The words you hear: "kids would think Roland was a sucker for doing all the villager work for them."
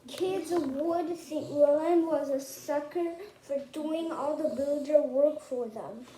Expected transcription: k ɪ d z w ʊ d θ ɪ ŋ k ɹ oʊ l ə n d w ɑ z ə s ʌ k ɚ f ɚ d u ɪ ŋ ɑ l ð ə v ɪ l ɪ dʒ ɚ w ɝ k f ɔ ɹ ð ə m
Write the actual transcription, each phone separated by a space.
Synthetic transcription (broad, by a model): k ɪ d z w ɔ d s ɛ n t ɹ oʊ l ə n w ɑ z ə s ʌ k ɚ f ɚ d u ɪ ŋ ɑ l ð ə b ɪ l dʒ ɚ w ɝ k f ɔ ɹ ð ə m